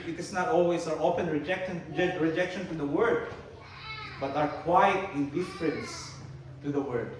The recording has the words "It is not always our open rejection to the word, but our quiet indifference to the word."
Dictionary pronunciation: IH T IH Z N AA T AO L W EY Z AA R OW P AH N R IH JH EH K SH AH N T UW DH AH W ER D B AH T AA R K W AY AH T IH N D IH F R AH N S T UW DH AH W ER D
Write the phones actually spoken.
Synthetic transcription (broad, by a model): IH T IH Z N AA T AO L W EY S AA R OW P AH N R IH JH EH K SH AH N T UW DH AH W ER D B AH T AA R K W AY T IH N D IH F R AH N S T UW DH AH W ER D